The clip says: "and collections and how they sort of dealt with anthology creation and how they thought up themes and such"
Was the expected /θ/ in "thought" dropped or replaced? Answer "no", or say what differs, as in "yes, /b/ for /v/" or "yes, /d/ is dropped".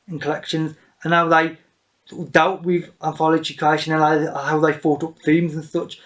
yes, /f/ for /θ/